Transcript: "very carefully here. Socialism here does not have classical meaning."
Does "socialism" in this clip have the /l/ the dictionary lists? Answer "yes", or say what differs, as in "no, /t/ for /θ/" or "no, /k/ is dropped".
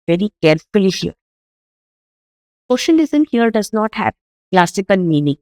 no, /n/ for /l/